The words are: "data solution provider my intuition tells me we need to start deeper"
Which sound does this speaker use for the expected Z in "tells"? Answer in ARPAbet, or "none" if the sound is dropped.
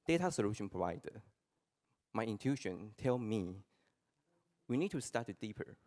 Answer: none